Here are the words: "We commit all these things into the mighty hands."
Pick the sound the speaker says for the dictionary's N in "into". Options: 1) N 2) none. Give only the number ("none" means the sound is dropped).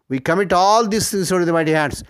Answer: 2